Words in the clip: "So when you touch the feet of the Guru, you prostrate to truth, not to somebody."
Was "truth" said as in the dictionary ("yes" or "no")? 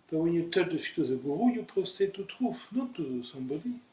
no